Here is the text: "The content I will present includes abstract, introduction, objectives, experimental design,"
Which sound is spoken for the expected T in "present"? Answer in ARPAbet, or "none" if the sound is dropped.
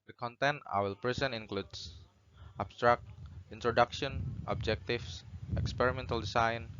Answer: none